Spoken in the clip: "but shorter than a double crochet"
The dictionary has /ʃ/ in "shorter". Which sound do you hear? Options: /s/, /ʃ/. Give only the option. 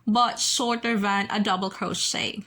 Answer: /s/